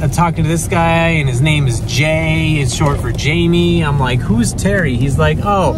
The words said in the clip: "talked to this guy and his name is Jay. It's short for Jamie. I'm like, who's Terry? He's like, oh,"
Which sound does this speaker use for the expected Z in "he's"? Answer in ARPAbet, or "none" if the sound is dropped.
Z